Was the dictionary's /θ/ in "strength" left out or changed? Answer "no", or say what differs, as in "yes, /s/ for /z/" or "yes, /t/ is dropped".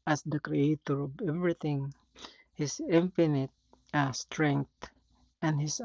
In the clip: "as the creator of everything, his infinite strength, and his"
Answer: yes, /t/ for /θ/